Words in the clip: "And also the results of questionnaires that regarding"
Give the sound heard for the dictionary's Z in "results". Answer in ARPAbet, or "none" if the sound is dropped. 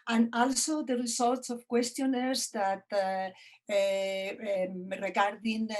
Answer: S